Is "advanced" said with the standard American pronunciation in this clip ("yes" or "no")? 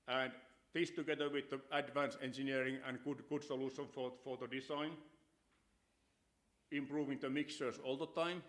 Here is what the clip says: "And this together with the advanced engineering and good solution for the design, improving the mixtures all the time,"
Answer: no